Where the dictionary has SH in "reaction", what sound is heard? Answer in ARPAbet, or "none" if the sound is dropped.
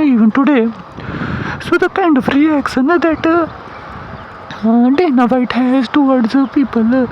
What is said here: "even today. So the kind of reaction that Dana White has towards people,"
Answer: S